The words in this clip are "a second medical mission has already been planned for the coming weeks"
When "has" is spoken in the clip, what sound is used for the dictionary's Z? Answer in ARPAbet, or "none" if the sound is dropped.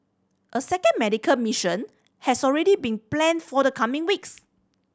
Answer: S